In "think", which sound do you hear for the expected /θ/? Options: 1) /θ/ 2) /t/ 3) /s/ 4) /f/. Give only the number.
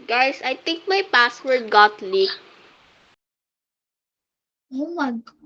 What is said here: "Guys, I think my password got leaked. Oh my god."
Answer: 2